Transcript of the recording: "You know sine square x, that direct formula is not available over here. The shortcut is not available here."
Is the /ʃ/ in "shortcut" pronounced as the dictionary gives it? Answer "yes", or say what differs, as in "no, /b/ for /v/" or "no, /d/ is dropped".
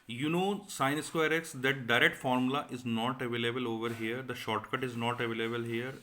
yes